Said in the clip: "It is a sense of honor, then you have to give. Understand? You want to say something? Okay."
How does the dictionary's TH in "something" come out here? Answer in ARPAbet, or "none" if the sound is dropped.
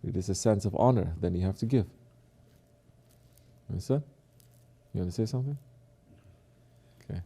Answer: TH